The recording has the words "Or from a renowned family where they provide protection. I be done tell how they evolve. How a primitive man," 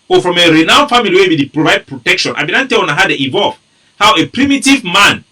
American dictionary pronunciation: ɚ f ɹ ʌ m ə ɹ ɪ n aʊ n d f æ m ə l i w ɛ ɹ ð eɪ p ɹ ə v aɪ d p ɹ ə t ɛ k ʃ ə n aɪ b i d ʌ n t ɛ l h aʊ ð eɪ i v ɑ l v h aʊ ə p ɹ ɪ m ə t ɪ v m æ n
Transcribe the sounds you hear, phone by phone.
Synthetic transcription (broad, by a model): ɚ f ɹ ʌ m ə ɹ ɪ n aʊ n f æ m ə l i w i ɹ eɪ p ɹ ə v aɪ d p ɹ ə t ɛ k ʃ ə n aɪ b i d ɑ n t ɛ n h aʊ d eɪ i v ɑ l v h aʊ ə p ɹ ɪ m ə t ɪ v m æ n